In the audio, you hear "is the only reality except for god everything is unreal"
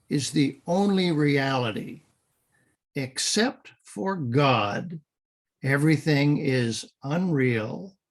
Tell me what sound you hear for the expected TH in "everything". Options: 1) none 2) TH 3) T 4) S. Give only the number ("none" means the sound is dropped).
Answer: 2